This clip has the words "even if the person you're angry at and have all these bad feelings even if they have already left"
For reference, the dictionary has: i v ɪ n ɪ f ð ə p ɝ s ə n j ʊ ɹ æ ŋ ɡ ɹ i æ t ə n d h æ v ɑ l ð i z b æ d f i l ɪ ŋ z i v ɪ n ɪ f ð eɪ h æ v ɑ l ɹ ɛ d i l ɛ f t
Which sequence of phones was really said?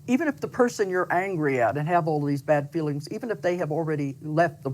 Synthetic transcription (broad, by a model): i v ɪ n ɪ f ð ə p ɝ s ə n j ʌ ɹ æ ŋ ɡ ɹ i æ t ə n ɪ v ɑ l ð i z b æ d f i l ɪ ŋ z i v ɪ n ɪ f ð eɪ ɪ v l ɹ ɛ d i l ɛ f t